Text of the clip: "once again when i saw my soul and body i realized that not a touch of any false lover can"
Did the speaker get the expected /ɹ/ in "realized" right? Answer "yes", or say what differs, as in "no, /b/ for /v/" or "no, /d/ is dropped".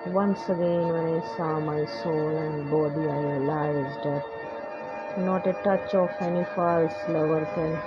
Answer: no, /l/ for /ɹ/